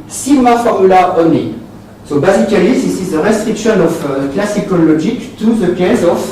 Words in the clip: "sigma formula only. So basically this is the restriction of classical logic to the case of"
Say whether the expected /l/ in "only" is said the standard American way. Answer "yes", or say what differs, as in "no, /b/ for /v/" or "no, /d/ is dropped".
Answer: no, /l/ is dropped